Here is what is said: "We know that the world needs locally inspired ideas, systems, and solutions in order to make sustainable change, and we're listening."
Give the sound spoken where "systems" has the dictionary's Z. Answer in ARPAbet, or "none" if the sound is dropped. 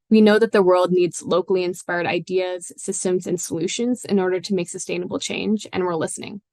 Z